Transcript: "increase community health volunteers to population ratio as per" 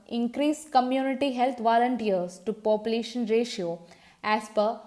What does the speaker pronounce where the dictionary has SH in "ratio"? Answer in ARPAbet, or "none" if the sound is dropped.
SH